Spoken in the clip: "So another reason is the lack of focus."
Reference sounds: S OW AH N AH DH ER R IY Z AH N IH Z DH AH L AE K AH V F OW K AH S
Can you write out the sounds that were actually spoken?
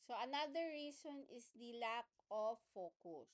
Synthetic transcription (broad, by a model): S OW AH N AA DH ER R IY S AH N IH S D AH L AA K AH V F OW K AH S